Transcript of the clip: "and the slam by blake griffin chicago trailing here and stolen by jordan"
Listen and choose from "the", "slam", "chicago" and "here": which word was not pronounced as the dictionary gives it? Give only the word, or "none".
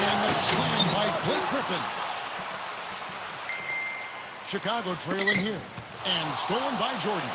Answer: slam